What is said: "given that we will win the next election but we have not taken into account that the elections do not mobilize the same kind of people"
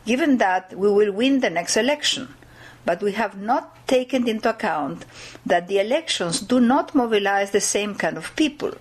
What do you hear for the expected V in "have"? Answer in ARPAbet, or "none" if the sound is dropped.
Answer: V